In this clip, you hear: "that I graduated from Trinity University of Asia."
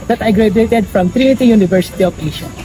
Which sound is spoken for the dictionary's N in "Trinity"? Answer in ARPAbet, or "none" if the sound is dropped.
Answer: none